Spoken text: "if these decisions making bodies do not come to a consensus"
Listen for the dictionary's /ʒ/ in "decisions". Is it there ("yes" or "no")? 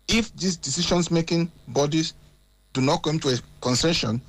no